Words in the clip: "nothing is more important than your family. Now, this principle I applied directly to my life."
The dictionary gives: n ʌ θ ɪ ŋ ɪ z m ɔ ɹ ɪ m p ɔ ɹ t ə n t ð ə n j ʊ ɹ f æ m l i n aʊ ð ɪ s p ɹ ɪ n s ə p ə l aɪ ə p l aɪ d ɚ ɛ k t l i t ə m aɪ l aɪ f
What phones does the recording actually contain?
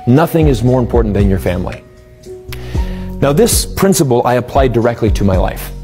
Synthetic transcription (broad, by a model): n ʌ θ ɪ ŋ ɪ z m ɔ ɹ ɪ m p ɔ ɹ t n ð ə n j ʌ ɹ f æ m l i n aʊ ð ɪ s p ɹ ɪ n s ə p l aɪ ə p l aɪ d ɚ ɛ k t l i t ə m aɪ l aɪ f